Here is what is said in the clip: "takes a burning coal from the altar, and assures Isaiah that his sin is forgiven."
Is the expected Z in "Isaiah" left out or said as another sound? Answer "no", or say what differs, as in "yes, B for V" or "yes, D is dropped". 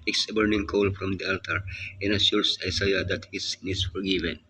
yes, S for Z